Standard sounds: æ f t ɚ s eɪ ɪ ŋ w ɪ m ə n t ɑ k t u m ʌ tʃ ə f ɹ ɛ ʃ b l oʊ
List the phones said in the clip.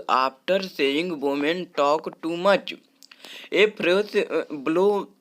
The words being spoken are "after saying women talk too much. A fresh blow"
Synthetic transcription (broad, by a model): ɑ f t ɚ s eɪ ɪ ŋ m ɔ m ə n t ɑ k t u m ʌ tʃ ə p ɹ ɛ s b l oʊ